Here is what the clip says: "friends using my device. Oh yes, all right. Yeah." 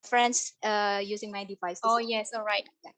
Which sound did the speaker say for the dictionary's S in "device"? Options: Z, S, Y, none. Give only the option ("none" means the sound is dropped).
S